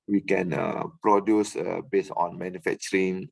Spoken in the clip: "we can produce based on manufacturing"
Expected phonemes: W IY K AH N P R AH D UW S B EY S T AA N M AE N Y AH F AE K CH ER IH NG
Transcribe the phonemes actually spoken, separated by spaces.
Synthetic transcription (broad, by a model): W IY K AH N P R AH D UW S B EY S AA N M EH N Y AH F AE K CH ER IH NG